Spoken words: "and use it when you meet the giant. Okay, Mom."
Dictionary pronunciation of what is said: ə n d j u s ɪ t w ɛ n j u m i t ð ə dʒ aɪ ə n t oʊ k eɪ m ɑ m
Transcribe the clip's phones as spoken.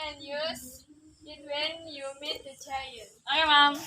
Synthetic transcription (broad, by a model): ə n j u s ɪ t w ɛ n j u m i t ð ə tʃ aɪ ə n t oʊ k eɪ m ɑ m